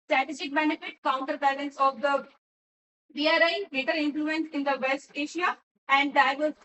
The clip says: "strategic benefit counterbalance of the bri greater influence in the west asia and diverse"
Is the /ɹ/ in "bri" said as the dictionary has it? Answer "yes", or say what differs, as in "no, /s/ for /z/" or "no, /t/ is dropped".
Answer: no, /ɹ/ is dropped